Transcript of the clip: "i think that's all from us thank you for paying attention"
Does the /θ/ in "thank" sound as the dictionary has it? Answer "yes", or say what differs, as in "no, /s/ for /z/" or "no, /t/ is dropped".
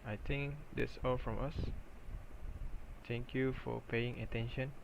no, /t/ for /θ/